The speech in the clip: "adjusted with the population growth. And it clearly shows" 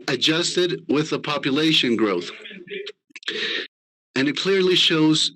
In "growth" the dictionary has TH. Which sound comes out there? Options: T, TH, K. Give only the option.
TH